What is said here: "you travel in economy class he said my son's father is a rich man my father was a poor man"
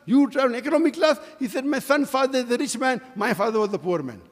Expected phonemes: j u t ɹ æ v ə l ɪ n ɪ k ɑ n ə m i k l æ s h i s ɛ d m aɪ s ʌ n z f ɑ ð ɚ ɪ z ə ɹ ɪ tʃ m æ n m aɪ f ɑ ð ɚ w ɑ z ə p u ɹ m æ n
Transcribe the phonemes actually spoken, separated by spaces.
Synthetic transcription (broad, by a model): j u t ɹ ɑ ə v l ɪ k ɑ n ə m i k l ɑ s h i s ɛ d m aɪ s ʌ n f ɑ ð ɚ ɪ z ə ɹ ɪ tʃ m æ n m aɪ f ɑ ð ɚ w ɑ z ə p u ɹ m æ n